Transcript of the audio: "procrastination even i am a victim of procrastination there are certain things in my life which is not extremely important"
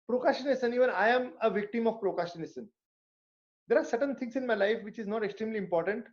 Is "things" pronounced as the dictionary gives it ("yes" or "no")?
no